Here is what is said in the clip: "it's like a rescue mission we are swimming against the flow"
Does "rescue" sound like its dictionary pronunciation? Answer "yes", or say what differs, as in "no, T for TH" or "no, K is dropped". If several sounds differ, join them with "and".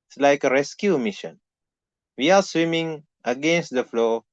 yes